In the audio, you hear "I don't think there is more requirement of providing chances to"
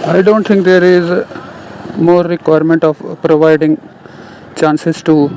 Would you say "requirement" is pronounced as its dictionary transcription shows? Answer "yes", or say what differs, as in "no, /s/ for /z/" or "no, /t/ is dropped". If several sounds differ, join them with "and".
yes